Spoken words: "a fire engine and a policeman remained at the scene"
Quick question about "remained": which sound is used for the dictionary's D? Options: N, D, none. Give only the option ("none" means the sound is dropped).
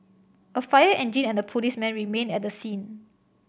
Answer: none